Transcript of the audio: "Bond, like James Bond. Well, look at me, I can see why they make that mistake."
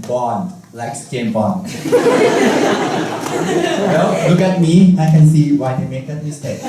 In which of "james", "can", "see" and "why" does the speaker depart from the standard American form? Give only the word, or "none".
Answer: james